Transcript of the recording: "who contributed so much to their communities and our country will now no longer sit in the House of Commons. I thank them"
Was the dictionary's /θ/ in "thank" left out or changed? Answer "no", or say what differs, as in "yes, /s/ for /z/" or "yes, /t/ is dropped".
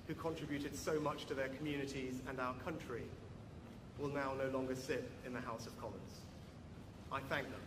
no